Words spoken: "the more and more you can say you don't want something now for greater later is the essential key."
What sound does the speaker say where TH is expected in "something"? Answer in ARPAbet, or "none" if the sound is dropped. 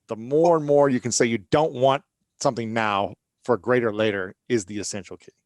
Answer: TH